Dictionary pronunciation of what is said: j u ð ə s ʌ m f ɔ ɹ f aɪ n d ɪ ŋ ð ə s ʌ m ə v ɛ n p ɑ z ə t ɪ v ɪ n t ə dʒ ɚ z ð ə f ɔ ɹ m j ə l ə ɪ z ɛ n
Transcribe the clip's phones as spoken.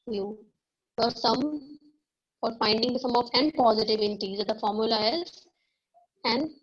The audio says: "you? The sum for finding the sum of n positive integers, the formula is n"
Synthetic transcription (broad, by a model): j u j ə s ʌ m f ɔ ɹ f aɪ n d ɪ ŋ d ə s ʌ m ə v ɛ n p ɑ z ə t ɪ v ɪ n t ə z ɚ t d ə f ɔ ɹ m j ə l ə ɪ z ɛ n